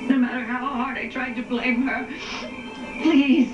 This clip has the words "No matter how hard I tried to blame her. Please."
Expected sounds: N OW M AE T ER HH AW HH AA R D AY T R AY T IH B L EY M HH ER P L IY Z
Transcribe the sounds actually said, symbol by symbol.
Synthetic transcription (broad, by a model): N OW M AE T ER HH AW HH AA R D AY T R AY T IH B L EY M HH ER P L IY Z